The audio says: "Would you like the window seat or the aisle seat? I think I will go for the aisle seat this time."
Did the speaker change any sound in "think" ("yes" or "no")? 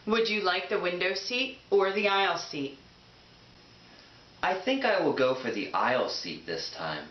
no